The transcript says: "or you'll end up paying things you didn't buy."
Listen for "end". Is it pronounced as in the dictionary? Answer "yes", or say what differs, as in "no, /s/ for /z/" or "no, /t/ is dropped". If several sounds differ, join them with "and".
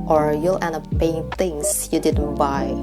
no, /d/ is dropped